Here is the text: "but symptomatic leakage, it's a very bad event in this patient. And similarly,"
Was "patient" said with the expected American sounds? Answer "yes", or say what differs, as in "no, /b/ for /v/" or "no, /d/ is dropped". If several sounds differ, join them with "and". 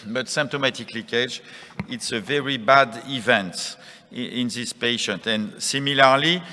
yes